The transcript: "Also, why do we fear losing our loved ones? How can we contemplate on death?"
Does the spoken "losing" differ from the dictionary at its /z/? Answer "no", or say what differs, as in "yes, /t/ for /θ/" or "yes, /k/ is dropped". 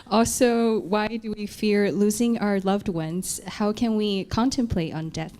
no